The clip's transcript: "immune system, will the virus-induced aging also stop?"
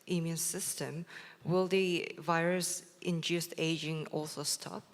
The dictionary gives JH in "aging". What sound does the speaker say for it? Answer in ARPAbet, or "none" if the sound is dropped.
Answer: JH